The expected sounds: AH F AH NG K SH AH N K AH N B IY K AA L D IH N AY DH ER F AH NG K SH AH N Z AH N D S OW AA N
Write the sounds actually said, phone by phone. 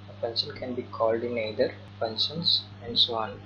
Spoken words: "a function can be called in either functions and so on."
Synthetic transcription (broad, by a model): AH P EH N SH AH N K AH N B IY K AA L D IH N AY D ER P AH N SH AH N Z AH N D S OW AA N